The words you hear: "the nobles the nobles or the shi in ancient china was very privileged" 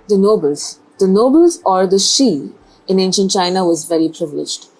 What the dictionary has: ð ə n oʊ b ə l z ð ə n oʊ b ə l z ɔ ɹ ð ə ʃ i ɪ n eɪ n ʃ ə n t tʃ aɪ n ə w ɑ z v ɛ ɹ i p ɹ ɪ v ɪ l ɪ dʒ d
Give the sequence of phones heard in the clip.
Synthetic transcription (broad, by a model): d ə n oʊ b ə l z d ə n oʊ b ə l z ɔ ɹ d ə ʃ i ɪ n eɪ n ʃ ə n t tʃ aɪ n ə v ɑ z v ɛ ɹ i p ɹ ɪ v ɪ l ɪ dʒ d